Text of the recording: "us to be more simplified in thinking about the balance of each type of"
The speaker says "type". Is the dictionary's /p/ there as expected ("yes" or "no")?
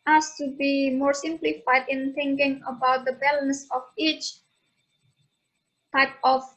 yes